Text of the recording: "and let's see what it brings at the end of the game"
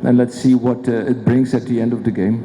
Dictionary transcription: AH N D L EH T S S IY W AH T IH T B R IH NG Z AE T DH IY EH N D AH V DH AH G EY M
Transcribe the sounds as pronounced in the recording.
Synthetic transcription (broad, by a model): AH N L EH T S S IY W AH T IH T B R IH NG Z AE T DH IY EH N D AH V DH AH G EY M